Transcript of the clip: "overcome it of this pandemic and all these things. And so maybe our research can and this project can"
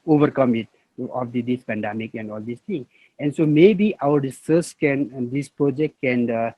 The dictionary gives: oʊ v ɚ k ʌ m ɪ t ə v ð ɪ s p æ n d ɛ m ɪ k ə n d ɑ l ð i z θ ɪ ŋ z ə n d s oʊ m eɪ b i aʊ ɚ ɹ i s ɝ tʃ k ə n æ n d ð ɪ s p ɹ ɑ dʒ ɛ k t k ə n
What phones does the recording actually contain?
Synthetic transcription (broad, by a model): oʊ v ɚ k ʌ m ɪ t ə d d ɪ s p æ n d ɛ m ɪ k ə n d ɑ l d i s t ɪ ŋ ə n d s oʊ m eɪ b i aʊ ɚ ɹ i s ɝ s k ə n n d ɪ s p ɹ ɑ dʒ ɛ k t k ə n